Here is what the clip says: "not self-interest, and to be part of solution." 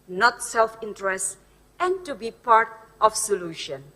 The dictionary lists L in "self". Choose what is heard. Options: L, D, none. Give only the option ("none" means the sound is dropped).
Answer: L